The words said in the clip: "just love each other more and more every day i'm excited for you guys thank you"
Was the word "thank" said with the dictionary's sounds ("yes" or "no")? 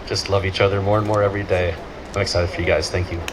yes